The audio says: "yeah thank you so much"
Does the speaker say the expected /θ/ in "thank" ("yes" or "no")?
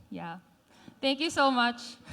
no